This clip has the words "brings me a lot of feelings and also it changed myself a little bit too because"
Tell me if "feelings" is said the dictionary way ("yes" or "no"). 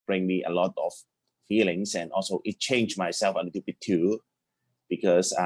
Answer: no